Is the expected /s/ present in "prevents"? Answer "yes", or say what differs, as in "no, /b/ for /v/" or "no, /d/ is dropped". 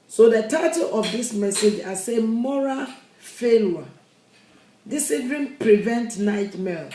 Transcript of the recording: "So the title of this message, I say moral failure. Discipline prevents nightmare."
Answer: no, /s/ is dropped